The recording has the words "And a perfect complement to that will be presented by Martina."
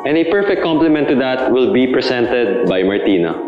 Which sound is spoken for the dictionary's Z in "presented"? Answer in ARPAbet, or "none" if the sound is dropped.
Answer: S